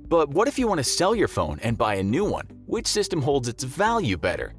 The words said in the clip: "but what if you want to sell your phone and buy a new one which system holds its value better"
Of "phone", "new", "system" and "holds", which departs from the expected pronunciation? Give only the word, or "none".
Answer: none